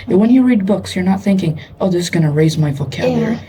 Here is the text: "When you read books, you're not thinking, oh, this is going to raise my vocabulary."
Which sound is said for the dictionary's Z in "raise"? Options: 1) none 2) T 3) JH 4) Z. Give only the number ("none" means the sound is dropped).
4